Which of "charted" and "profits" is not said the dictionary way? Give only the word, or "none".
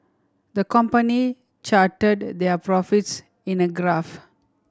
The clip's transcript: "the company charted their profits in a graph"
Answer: none